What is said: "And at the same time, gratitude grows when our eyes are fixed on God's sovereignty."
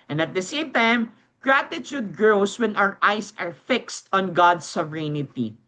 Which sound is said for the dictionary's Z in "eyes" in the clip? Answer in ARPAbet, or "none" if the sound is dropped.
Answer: S